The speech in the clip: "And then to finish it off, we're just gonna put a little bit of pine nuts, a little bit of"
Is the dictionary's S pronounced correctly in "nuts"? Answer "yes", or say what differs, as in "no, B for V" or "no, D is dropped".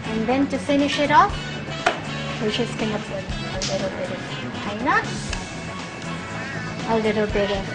no, S is dropped